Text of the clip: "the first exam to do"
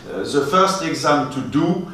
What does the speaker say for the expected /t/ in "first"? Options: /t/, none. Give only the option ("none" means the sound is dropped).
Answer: /t/